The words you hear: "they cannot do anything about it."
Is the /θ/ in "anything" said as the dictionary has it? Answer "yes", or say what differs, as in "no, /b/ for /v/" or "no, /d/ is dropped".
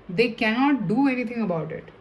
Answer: no, /t/ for /θ/